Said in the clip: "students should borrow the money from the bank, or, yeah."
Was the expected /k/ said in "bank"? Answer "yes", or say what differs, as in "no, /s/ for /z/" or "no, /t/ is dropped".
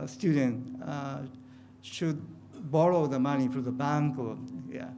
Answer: yes